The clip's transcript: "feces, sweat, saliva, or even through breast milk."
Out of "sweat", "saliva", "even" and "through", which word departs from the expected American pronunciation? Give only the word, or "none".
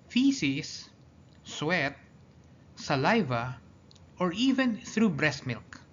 none